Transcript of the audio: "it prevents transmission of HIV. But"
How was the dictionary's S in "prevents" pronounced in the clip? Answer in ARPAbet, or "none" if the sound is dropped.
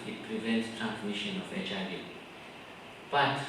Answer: S